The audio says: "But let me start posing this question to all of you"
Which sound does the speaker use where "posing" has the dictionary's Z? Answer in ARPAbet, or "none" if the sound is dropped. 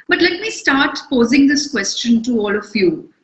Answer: Z